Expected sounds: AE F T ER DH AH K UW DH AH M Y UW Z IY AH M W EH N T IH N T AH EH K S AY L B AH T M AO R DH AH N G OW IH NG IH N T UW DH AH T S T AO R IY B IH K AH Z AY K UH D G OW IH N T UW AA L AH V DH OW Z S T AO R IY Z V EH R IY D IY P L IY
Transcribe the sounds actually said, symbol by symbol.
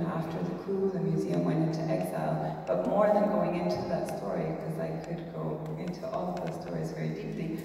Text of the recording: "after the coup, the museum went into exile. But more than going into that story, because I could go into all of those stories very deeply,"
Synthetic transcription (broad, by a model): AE F T ER DH AH K UW DH AH M Y UW Z IY AH M W EH N T IH N T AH EH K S AY L B AH T M AO R DH AH N G OW IH NG IH N T UW DH AH T S T AO R IY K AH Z AY K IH D G OW IH N T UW AA L AH V DH OW Z S T AO R IY Z V EH R IY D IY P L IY